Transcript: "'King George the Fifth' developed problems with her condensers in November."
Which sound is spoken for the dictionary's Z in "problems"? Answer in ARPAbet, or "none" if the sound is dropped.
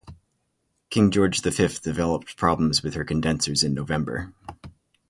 Z